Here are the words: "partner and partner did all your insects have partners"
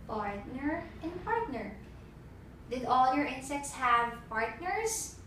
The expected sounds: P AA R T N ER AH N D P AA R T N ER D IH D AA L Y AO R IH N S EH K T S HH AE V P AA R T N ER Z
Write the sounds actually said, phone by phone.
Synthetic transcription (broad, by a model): P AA R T N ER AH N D P AA R T N ER D IH D AA L Y AO R IH N S EH K T S HH AE V P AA R T N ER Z